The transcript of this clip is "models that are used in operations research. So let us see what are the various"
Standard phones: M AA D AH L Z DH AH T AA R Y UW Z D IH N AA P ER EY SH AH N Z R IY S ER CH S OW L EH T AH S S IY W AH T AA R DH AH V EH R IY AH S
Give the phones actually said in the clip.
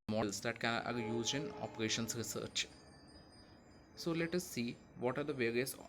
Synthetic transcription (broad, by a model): M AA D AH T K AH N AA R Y UW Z IH N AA P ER EY SH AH N S R IY S ER CH S OW L EH T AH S S IY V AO T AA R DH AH V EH R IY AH S